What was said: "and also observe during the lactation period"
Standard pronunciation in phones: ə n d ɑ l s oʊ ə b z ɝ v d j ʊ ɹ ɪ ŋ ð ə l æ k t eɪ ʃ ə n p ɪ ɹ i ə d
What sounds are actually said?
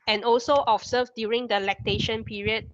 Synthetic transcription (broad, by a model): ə n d ɑ l s oʊ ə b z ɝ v d j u ɹ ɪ ŋ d ə l æ k t eɪ ʃ ə n p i ɹ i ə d